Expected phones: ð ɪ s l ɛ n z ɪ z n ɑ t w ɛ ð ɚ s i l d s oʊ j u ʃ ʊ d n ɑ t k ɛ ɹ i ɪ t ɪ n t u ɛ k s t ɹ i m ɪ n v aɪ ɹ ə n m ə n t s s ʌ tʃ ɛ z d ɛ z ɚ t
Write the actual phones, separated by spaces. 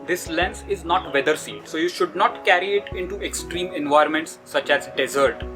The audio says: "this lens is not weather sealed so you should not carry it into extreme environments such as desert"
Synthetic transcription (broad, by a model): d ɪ s l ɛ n s ɪ z n ɑ t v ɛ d ɚ s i d s oʊ j u ʃ ʊ d n ɑ t k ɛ ɹ i ɪ t ɪ n t u ɛ k s t ɹ i m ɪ n v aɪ ɹ m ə n t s s ʌ tʃ ɛ z d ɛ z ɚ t